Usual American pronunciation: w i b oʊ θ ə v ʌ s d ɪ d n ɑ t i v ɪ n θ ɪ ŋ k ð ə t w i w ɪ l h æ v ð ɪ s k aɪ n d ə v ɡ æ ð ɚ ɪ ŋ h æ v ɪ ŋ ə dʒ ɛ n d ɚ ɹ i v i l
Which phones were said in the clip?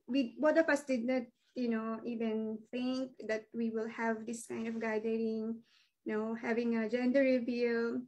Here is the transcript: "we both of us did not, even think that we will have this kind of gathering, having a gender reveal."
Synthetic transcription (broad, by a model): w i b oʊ t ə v ʌ s d ɪ d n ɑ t i v ɪ n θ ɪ ŋ k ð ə t w i w ɪ l h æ v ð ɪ s k aɪ n d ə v ɡ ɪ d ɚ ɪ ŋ h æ v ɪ ŋ ə dʒ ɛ n d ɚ ɹ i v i l